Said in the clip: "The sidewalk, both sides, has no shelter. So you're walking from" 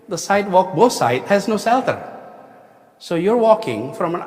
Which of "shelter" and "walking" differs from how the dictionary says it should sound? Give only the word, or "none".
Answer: shelter